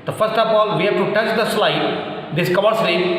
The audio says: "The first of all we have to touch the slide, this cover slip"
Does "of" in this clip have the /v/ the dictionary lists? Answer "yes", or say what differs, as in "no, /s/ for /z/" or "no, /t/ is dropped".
no, /p/ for /v/